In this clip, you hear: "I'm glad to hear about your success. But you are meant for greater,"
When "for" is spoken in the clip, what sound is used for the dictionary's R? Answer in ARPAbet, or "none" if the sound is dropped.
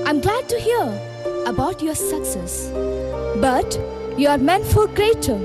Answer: L